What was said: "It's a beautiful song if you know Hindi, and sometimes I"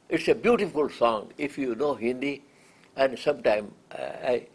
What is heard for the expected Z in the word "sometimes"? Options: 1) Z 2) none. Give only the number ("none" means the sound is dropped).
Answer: 2